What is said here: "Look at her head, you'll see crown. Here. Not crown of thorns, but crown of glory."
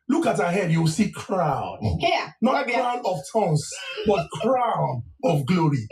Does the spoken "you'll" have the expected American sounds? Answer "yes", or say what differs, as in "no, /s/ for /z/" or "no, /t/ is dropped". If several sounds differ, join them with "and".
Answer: no, /w/ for /l/